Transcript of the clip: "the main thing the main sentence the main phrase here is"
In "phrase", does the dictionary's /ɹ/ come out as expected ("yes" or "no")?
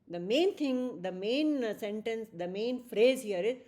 yes